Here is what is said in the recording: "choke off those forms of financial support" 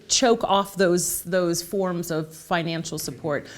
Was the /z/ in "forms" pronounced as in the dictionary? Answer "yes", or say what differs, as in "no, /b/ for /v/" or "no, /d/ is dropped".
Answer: yes